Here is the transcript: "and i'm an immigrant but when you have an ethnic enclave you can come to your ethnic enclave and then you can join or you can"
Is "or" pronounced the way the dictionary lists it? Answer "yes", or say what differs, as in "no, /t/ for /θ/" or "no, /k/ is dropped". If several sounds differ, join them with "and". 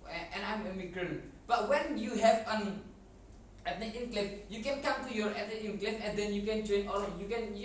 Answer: no, /l/ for /ɹ/